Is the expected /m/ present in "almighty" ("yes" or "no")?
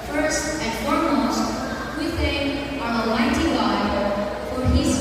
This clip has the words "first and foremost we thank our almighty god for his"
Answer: no